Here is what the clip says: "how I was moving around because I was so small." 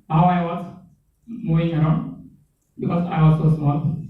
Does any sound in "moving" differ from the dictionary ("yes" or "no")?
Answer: yes